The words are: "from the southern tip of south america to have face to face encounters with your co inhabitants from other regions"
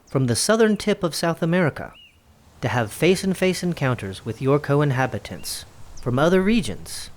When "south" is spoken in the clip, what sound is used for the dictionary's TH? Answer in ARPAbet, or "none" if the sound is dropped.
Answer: TH